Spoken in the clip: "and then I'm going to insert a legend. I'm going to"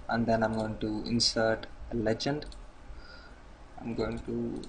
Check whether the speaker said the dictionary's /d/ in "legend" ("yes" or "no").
yes